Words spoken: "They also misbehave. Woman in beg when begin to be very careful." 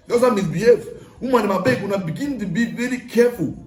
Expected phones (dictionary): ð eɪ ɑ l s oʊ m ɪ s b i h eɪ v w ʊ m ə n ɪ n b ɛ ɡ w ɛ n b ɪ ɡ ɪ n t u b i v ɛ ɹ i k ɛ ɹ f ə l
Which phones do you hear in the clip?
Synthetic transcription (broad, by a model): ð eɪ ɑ s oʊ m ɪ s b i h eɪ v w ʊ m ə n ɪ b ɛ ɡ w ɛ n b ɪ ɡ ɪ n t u b i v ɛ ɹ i k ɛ f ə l